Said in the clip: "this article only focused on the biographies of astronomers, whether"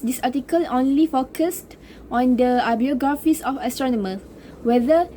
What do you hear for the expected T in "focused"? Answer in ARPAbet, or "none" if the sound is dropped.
T